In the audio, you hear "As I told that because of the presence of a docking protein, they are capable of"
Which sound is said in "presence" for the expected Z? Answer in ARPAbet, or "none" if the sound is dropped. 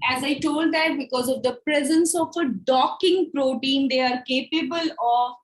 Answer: Z